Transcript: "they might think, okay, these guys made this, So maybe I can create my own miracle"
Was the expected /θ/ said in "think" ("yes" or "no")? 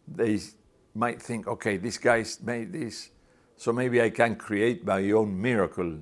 yes